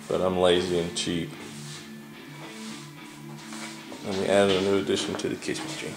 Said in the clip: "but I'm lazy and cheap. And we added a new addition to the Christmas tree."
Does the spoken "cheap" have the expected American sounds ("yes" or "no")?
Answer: no